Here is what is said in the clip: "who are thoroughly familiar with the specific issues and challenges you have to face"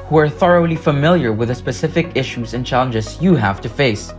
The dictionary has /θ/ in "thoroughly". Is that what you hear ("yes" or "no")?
yes